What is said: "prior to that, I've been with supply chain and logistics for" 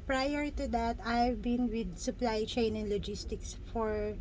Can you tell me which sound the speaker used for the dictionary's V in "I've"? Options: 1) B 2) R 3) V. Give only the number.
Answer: 3